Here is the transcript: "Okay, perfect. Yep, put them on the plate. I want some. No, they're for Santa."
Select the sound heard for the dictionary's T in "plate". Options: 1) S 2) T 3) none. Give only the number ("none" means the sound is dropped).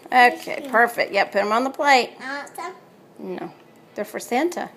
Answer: 3